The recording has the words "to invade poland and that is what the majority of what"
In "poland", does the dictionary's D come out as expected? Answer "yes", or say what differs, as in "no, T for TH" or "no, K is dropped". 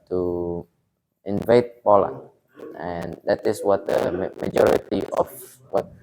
no, D is dropped